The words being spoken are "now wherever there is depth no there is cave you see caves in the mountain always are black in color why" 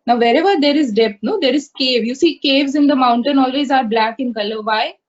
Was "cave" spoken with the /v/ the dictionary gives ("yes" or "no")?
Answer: yes